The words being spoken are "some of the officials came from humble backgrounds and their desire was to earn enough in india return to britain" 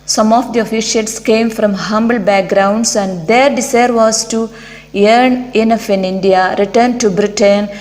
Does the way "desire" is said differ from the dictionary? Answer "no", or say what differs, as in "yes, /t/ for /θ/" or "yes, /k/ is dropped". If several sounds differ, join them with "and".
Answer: yes, /s/ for /z/